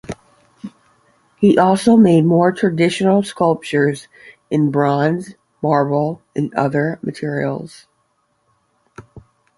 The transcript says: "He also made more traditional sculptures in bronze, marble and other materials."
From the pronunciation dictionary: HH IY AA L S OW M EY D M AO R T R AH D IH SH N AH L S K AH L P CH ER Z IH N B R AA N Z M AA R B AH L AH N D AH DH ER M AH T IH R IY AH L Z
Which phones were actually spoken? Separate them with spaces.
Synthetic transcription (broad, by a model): HH IY AA L S OW M EY D M AO R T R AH D IH SH N L S K AH L P CH ER Z IH N B R AA N Z M AA R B L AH N AH DH ER M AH T IH R IY L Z